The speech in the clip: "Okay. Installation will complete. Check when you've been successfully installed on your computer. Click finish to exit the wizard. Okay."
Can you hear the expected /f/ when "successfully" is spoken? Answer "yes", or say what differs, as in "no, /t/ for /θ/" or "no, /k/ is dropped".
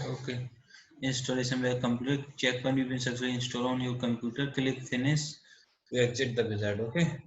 no, /f/ is dropped